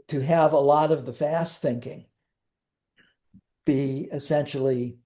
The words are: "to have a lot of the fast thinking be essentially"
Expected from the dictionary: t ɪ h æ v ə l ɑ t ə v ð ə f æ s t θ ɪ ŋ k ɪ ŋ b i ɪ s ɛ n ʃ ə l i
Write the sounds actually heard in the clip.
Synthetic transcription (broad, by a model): t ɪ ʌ v ə l ɑ t ə v ð ə f æ s t θ ɪ ŋ k ɪ ŋ b i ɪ s ɛ n ʃ l i